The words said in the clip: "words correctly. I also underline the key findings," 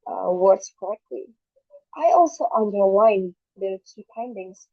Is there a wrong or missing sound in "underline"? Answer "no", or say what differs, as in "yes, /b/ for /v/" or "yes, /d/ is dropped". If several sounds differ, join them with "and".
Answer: yes, /w/ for /l/